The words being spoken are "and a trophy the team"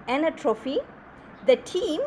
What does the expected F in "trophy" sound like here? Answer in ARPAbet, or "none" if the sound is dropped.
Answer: F